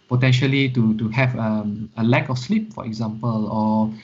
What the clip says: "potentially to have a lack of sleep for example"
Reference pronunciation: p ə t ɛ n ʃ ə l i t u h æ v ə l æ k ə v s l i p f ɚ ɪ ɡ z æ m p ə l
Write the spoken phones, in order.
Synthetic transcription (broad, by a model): p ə t ɛ n ʃ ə l i t u h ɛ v ə l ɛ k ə f s l i p f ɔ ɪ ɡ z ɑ m p ə l